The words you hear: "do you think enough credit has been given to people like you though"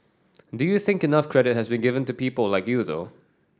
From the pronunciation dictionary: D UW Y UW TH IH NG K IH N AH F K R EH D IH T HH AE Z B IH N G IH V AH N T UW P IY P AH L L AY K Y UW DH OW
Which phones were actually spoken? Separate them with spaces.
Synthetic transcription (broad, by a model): D UW Y UW TH IH NG K IH N AH F K R EH D IH T HH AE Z B IH N G IH V AH N T UW P IY P AH L L AY K Y UW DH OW